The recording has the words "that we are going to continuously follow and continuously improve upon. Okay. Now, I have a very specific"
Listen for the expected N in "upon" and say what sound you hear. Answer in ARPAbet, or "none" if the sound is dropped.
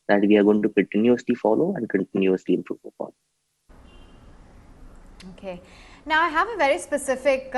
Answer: L